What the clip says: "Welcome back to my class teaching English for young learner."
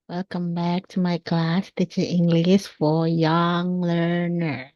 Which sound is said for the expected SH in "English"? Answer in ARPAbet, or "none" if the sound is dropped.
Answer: S